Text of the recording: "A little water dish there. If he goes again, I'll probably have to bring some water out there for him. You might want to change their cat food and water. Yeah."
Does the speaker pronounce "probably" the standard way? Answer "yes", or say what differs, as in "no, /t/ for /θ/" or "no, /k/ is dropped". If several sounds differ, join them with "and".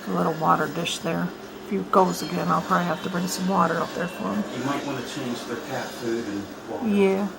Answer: yes